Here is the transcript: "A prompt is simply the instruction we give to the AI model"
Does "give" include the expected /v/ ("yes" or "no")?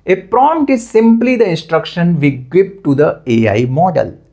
no